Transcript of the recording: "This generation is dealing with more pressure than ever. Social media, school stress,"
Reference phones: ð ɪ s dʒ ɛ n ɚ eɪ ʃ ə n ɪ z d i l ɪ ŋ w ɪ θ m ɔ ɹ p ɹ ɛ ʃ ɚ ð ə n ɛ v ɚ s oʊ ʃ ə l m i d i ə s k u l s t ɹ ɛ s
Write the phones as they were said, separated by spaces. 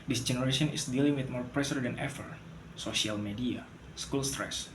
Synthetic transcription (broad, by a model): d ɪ s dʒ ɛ n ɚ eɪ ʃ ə n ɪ s d i l ɪ ŋ w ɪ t m ɔ ɹ p ɹ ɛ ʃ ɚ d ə n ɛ f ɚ s oʊ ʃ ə l m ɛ d i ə s k u l s t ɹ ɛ s